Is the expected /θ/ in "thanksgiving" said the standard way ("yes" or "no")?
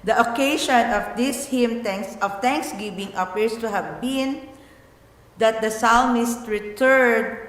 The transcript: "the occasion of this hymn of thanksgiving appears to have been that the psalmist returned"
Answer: no